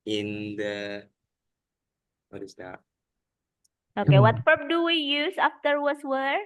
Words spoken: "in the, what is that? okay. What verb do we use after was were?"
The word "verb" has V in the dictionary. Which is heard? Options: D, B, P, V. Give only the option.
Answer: P